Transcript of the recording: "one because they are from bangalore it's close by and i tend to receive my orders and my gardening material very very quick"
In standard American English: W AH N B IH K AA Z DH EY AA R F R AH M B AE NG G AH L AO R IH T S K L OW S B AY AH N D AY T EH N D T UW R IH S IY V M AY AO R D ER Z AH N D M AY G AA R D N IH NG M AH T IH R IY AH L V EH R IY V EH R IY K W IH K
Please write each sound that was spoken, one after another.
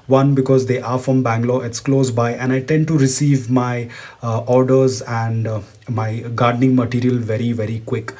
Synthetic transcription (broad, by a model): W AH N B IH K AA Z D EY AA R F R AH M B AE NG G L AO IH T S K L OW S B AY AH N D AY T EH N D T UW R IH S IY V M AY AO R D ER Z AH N D M AY G AA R D N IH NG M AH T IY R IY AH L V EH R IY V EH R IY K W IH K